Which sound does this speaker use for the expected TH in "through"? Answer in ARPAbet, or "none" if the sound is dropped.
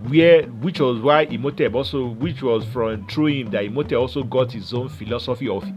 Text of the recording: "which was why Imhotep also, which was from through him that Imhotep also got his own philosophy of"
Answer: T